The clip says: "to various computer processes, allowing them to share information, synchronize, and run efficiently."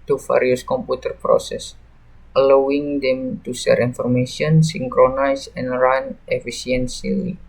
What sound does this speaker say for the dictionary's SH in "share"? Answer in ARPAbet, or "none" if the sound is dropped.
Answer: S